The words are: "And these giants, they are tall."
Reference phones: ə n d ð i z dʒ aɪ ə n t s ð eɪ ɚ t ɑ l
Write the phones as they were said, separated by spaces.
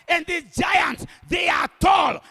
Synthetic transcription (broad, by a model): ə n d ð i dʒ aɪ ə n t s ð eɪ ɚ t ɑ l